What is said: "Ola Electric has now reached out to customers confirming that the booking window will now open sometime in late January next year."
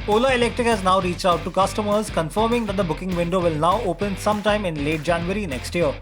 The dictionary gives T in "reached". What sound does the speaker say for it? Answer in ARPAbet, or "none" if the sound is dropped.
T